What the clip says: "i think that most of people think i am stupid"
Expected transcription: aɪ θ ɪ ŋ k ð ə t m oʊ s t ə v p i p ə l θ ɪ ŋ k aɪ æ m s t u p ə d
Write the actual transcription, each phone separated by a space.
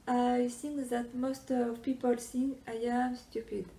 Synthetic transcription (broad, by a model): aɪ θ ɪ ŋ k ð ə t m oʊ s t ə v p i p ə l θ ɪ ŋ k aɪ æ m s t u p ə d